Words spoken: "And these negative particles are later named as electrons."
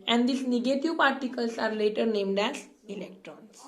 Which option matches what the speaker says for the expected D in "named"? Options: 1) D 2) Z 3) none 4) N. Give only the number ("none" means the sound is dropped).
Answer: 1